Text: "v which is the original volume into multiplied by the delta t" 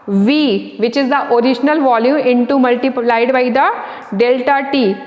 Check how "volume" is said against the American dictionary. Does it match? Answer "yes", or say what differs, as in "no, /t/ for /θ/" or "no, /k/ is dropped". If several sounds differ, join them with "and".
yes